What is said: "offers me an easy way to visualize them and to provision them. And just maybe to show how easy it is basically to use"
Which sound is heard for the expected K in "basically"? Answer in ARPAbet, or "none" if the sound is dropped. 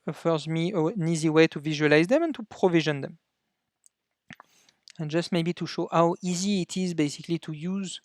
K